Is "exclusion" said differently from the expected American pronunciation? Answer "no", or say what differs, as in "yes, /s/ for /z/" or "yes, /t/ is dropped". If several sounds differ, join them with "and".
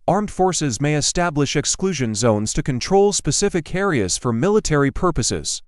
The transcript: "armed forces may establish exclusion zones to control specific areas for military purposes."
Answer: no